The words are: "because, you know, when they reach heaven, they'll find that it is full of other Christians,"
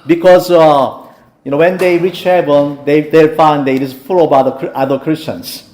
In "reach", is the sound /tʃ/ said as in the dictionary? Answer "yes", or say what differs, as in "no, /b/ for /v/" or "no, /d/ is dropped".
yes